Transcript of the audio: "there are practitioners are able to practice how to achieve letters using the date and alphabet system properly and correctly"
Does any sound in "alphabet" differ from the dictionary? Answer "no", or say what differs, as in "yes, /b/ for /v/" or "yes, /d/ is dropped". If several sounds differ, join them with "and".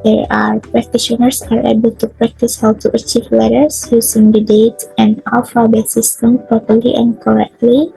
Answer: yes, /w/ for /l/